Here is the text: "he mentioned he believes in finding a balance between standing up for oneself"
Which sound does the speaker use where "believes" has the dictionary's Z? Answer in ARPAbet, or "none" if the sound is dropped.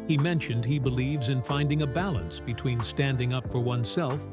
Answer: Z